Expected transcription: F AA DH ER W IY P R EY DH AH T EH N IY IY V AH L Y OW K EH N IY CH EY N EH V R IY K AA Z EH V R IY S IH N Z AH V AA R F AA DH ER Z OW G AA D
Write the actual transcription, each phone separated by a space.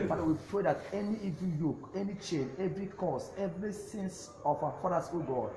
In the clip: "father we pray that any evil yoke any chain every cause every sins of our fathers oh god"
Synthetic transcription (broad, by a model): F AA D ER W IY P R EY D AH T EH N IY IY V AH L Y OW K EH N IY CH EY N EH V R IY K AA S EH V R IY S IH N S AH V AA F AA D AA S OW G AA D